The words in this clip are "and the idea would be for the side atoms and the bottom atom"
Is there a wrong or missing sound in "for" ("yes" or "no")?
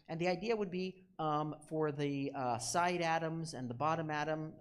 no